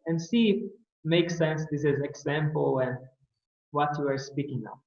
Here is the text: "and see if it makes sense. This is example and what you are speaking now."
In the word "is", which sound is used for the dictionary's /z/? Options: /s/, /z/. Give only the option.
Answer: /z/